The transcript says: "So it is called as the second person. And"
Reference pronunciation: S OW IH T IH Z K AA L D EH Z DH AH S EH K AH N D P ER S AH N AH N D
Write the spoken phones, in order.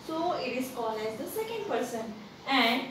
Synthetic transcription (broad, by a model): S OW IH T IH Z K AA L EH Z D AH S EH K AH N D P ER S AH N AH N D